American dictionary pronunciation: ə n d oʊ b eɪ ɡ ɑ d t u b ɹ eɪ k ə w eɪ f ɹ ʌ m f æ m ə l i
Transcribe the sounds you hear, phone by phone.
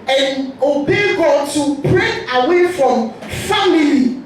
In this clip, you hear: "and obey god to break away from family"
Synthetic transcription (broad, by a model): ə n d oʊ b eɪ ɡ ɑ t u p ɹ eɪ ə w eɪ f ɹ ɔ m f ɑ m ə l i